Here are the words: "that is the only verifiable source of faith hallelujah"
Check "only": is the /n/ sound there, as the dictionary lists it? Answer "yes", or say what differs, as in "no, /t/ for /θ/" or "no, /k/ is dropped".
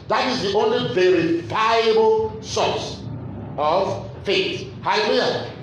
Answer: yes